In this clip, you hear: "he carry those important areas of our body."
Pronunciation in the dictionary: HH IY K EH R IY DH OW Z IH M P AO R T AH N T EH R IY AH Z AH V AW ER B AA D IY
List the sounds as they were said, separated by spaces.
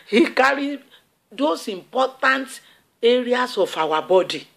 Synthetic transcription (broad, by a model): HH IY K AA R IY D OW S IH M P AO T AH N T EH R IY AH S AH F AW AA B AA D IY